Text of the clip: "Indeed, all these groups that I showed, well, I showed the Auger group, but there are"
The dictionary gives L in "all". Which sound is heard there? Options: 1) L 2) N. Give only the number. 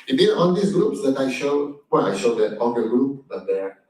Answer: 2